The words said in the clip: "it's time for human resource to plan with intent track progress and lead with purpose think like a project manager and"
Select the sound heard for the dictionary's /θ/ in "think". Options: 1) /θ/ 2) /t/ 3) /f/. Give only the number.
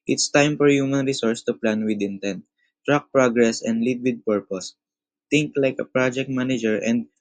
2